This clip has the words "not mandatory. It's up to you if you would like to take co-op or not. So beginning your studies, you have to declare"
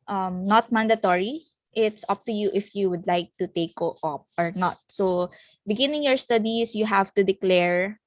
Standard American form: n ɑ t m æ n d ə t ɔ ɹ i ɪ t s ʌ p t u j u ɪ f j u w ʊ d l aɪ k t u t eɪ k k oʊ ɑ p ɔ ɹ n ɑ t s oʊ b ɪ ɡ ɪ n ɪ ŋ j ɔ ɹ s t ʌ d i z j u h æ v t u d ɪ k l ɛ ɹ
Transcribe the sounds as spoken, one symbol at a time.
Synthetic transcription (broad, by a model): n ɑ t m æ n d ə t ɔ ɹ i ɪ t s ʌ p t u j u ɪ f j u w ʊ d l aɪ k t u t eɪ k k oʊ ɑ p ɔ ɹ n ɑ t s oʊ b ɪ ɡ ɪ n ɪ ŋ j ɔ ɹ s t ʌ d i s j u h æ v t u d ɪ k l ɛ ɹ